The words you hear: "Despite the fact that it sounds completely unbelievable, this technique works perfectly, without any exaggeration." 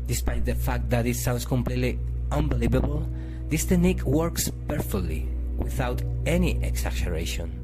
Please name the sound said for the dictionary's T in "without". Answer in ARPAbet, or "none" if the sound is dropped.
T